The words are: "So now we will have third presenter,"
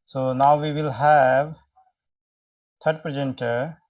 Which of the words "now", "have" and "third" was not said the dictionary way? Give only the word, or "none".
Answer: third